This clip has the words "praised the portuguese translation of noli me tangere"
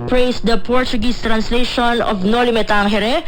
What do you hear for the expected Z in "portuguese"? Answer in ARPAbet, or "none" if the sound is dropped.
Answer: S